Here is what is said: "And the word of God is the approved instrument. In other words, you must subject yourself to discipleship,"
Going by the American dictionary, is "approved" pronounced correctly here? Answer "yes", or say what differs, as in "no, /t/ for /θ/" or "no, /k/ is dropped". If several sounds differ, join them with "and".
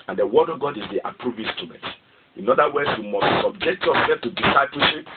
no, /d/ is dropped